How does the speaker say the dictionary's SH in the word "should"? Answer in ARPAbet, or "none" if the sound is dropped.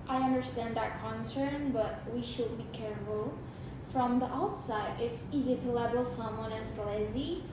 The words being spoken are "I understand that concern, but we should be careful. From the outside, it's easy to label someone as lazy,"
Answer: SH